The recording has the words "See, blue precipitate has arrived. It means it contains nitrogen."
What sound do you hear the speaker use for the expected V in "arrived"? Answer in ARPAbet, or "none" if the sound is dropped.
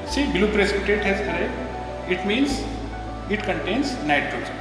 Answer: none